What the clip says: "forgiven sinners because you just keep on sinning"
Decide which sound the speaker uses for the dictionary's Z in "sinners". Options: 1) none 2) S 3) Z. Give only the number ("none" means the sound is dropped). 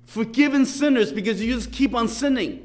3